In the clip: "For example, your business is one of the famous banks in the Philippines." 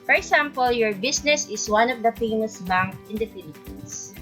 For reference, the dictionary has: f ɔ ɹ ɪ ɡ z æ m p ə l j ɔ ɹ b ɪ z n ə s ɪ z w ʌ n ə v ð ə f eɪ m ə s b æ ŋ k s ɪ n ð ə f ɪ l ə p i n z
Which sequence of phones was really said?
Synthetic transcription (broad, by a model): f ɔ ɹ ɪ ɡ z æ m p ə l j ɔ ɹ b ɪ s n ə s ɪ s w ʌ n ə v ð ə f eɪ m ə s b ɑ ŋ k ɪ n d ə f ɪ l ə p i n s